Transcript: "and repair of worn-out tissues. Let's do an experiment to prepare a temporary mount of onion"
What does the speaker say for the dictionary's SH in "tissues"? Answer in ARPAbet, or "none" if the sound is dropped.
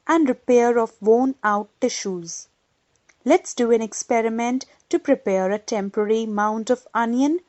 SH